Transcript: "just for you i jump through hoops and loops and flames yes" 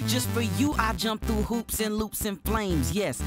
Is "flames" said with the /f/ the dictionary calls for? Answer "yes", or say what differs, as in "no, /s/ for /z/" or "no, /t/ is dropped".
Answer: yes